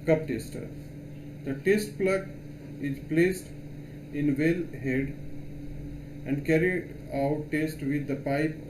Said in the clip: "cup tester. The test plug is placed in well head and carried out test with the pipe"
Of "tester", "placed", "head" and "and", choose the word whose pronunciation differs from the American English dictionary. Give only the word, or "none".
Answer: none